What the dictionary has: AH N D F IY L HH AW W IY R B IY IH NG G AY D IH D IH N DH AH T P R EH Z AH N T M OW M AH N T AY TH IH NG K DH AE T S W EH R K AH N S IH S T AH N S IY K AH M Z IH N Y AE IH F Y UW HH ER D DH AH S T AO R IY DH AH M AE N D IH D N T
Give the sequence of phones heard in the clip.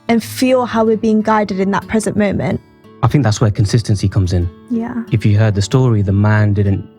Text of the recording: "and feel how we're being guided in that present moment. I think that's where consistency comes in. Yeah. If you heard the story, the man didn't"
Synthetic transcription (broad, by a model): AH N F IY L HH AW W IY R B IY IH NG G AY D IH D IH N DH AH T P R EH Z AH N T M OW M AH N T AY TH IH NG K DH AE T S W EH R K AH N S IH S T AH N S IY K AH M Z IH N Y AE IH F Y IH HH ER D DH AH S T AO R IY DH AH M AE N D IH D N T